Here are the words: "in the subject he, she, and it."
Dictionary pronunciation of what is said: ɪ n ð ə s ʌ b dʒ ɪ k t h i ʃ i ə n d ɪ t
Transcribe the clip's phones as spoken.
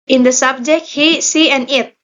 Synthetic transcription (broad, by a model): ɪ n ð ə s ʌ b dʒ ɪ k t h i s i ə n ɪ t